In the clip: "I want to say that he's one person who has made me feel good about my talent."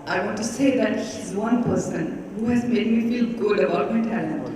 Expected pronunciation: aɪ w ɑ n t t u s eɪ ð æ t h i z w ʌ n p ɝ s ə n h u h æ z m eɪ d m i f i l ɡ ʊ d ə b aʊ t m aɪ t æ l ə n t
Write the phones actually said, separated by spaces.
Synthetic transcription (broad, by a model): aɪ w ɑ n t t u s eɪ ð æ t h i z w ʌ n p ɝ s ə n h u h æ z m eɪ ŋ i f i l ɡ ʊ d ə ɔ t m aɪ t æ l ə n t